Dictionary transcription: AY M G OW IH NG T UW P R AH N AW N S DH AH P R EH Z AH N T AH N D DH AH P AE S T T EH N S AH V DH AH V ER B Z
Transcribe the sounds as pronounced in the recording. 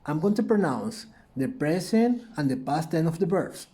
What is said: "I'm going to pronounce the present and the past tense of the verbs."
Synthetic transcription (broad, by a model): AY M G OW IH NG T UW P R AH N AW N S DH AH P R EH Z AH N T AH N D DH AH P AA S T T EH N AH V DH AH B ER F